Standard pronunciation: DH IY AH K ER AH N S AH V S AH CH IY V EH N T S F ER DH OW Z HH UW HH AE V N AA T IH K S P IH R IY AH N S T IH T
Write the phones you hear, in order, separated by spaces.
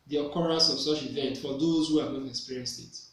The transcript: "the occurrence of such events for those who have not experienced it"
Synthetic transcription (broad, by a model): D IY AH K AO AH S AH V S AH CH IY V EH N T F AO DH OW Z HH UW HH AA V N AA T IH K S P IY R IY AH N S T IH T